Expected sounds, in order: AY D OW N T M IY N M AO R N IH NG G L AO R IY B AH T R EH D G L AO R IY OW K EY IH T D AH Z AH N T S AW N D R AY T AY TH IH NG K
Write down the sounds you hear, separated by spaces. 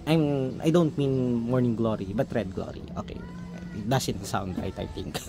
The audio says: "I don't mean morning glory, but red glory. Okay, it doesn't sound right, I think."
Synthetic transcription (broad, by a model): AY D OW N T M IY N M AO R N IH NG G L AO R IY B AH T R EH D G L AO R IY OW K EY IH T D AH S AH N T S AW N D R AY T AY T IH NG K